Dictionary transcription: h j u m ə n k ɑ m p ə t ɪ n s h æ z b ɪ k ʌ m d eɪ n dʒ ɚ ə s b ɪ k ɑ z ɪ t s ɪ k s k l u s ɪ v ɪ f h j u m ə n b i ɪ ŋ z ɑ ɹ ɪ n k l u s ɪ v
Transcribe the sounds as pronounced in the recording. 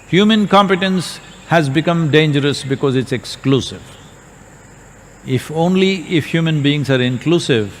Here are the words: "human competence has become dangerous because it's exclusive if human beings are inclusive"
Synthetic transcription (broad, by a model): h j u m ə n k ɑ m p ə t ɪ n s h æ z b ɪ k ʌ m d eɪ n dʒ ɚ ə s b ɪ k ɑ z ɪ t s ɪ k s k l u s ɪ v ɪ f h j u m ə n b i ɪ ŋ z ɑ ɹ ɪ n k l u s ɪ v